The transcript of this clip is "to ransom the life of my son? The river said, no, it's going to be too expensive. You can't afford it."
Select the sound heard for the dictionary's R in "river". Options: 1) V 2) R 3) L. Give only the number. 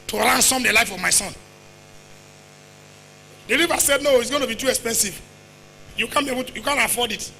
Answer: 3